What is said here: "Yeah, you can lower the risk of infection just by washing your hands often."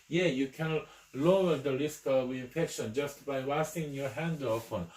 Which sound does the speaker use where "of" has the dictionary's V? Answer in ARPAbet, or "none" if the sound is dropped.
W